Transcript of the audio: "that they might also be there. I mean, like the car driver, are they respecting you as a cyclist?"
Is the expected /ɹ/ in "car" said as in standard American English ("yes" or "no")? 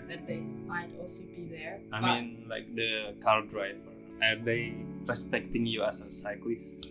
no